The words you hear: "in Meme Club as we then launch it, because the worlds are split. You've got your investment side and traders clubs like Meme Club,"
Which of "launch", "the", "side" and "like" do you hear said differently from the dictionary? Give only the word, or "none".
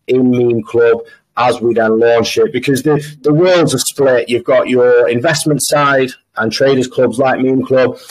launch